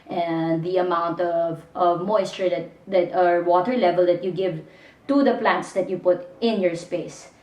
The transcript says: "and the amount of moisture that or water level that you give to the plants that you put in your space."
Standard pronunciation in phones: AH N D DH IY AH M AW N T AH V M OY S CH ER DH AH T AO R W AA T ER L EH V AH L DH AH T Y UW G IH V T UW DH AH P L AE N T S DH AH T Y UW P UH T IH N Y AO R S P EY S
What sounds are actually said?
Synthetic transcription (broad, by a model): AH N D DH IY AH M AW N T AH V M OY S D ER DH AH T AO R W AA T ER L EH V AH L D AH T Y UW G IH V T UW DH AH P L AE N T S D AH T Y UW P UH T IH N Y AO R S P EY S